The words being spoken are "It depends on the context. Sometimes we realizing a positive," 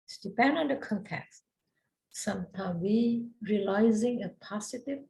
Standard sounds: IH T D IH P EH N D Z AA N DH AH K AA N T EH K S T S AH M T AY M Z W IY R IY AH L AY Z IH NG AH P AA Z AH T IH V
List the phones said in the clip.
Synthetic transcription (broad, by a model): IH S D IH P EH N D AA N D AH K AA N T EH K S T S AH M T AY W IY R IY AH L AY Z IH NG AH P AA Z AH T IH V